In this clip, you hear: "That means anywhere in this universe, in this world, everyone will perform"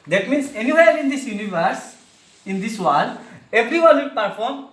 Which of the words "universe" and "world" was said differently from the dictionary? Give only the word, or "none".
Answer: world